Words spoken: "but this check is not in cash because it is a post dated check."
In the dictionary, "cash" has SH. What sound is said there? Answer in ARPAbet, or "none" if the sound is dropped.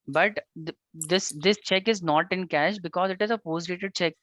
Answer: SH